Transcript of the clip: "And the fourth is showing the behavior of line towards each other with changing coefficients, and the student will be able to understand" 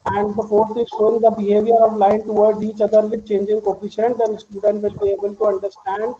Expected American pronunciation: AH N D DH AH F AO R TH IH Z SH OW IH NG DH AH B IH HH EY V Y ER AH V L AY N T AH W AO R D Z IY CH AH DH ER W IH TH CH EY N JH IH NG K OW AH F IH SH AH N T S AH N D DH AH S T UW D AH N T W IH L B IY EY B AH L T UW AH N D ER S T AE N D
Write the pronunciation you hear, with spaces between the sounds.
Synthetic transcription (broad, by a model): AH N D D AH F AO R T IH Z SH OW IH NG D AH B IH HH EY V Y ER AH V L AY N T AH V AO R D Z IY CH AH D ER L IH CH EY N JH IH NG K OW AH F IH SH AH N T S AH N D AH S T UW D AH N T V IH L B IY EY B AH L T UW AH N D ER S T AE N D